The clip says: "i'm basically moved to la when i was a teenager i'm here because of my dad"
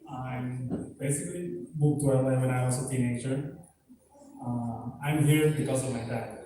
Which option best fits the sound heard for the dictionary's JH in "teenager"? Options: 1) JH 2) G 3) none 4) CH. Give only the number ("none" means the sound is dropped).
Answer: 4